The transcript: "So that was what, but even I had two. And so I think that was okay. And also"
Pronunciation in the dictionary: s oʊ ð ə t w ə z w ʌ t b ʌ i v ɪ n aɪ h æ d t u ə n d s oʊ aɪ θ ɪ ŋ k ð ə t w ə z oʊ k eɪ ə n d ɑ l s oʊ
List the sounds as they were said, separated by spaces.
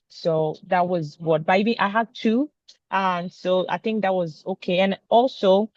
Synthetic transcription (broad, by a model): s oʊ ð ə t w ə z w ʌ t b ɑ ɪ b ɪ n aɪ h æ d t u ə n s oʊ aɪ θ ɪ ŋ k ð ə t w ə z oʊ k eɪ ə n ɑ l s oʊ